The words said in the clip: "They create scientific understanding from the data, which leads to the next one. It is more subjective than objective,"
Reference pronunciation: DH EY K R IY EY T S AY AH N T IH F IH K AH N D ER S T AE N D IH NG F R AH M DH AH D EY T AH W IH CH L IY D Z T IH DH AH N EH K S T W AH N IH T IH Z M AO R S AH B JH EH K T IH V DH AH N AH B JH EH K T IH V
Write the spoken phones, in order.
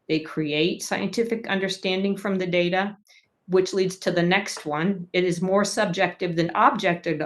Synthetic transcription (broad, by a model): DH EY K R IY EY T S AY AH N T IH F IH K AH N D ER S T AE N D IH NG F R AH M DH AH D EY T AH W IH CH L IY D Z T IH DH AH N EH K S T W AH N IH T IH Z M AO R S AH B JH EH K T IH V DH AH N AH B JH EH K T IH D